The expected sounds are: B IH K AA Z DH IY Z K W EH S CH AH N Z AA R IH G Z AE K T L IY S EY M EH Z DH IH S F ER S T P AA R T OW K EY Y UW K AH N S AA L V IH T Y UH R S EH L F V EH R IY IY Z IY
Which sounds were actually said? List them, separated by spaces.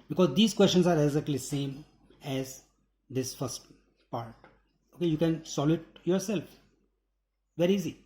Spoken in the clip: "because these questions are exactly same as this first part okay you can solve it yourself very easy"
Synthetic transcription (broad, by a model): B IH K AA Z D IY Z K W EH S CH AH N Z AA R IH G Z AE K T L IY S EY M EH Z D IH S F ER S T P AA R T OW K EY Y UW K AH N S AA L IH T Y UH R S EH L F V EH R IY IY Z IY